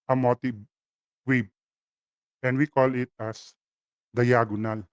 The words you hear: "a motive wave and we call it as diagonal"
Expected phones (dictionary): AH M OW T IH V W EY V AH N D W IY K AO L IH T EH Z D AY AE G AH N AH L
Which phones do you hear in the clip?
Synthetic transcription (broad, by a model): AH M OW T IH B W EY B AH N D W IY K AO L IH T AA S D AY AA G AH N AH L